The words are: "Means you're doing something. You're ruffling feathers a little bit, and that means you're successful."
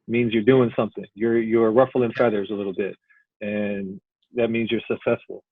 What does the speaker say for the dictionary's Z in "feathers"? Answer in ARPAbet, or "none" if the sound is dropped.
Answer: Z